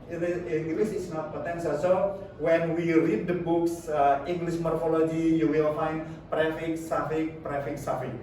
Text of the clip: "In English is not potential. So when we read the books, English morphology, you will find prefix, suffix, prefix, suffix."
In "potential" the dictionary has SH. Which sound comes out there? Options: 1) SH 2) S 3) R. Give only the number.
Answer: 2